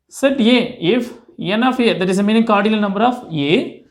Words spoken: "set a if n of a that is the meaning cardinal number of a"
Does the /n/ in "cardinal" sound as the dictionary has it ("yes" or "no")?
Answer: no